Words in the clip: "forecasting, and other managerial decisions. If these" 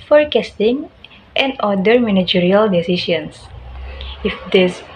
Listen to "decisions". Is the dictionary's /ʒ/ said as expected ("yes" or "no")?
no